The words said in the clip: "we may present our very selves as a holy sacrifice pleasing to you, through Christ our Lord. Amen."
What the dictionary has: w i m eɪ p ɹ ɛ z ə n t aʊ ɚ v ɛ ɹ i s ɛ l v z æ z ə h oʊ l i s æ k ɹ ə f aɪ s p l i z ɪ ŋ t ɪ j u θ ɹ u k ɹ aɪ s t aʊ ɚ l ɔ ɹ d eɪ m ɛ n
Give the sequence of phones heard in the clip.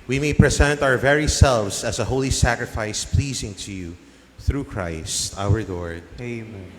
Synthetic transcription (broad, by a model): w i m eɪ p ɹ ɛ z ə n t aʊ ɚ v ɛ ɹ i s ɛ l v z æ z ə h oʊ l i s æ k ɹ ə f aɪ s p l i z ɪ ŋ t ɪ j u θ ɹ u k ɹ aɪ s t aʊ ɚ l ɔ ɹ d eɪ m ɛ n